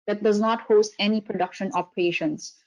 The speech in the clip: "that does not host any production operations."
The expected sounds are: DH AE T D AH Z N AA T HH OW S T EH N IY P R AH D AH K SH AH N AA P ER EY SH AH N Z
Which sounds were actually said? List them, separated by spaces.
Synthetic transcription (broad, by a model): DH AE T D AH Z N AA T HH OW S T EH N IY P R AH D AH K SH AH N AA P EY SH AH N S